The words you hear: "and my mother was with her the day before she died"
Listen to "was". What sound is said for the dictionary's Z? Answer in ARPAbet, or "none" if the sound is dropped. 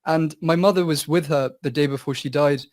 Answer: Z